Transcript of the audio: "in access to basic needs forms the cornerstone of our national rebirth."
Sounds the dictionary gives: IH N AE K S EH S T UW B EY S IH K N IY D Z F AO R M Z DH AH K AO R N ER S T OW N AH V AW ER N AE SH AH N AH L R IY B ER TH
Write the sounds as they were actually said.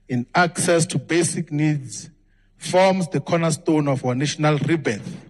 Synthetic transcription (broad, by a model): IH N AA K S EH S T UW B EY S IH K N IY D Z F AO M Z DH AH K AO N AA S T OW N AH F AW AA N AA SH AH N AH L R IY B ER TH